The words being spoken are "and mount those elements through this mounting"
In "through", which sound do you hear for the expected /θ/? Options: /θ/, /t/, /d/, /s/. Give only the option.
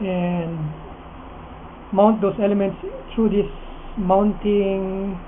/t/